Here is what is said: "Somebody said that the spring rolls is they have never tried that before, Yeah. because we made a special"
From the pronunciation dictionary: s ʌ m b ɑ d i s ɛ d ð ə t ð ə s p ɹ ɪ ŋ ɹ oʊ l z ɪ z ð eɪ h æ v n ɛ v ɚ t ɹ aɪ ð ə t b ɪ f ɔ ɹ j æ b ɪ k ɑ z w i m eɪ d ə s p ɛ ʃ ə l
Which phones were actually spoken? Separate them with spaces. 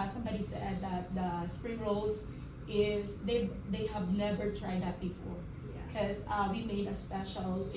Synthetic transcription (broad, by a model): s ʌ m b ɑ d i s ɛ d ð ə t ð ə s p ɹ ɪ ŋ ɹ oʊ l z ɪ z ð eɪ h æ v n ɛ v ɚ t ɹ aɪ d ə t b ɪ f ɔ ɹ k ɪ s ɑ w i m eɪ d ə s p ɛ ʃ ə l